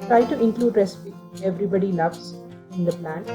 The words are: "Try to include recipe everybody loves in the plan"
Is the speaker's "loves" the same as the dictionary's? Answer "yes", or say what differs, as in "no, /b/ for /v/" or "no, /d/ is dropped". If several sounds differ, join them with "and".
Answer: no, /n/ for /l/